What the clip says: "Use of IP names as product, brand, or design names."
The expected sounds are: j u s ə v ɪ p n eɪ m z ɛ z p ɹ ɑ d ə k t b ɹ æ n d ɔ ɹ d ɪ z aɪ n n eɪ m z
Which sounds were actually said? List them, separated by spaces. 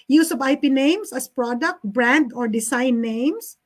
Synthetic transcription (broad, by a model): j u s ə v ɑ p n eɪ m s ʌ s p ɹ ɑ d ə k t b ɹ æ n d ɔ ɹ d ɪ s aɪ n n eɪ m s